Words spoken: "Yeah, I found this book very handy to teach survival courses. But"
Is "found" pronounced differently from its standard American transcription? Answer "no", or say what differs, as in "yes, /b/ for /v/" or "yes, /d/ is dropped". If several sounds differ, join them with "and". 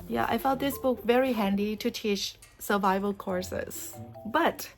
yes, /l/ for /n/